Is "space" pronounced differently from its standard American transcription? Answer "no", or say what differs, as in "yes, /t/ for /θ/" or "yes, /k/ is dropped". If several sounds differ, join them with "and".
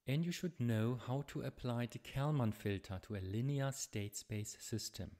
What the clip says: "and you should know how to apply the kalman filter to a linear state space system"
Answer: yes, /b/ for /p/